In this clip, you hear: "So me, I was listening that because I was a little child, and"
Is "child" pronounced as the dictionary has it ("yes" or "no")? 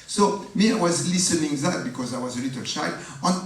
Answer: no